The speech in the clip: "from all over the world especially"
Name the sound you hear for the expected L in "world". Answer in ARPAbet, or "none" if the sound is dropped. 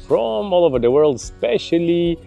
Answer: L